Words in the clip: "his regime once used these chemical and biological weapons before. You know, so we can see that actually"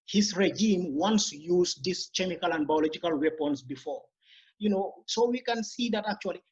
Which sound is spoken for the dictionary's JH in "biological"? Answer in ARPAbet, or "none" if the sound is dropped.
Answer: JH